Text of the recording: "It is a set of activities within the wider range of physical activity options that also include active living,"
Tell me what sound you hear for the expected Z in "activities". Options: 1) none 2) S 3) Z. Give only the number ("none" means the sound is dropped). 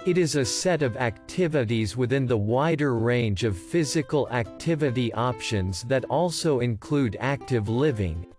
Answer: 3